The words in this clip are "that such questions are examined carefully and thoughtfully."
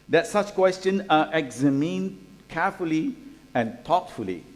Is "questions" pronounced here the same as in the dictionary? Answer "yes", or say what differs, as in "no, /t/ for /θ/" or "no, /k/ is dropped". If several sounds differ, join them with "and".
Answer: no, /z/ is dropped